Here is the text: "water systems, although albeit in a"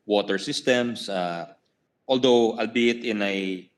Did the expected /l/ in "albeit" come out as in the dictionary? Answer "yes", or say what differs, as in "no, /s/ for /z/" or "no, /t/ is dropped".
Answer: yes